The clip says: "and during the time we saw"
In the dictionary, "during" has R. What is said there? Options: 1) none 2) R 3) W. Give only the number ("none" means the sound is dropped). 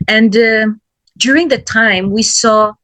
2